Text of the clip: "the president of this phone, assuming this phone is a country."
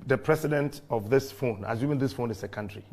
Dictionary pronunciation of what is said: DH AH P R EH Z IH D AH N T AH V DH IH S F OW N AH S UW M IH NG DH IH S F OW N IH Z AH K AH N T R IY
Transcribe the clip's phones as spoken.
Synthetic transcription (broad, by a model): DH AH P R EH S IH D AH N T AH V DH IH S F OW N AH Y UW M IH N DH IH S F OW N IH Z AH K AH N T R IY